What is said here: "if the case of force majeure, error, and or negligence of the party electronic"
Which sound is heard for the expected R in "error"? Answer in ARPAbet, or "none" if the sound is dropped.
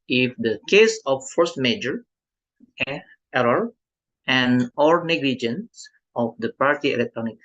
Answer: none